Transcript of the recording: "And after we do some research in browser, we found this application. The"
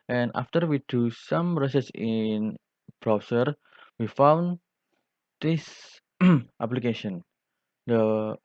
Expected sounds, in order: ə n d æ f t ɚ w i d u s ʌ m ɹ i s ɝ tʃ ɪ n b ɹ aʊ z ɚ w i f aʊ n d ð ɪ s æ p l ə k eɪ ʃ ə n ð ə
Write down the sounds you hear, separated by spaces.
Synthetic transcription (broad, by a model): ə n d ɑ f t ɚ w i d u s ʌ m ɹ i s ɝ s ɪ n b ɹ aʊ s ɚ w i f aʊ n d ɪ s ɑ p l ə k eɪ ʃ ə n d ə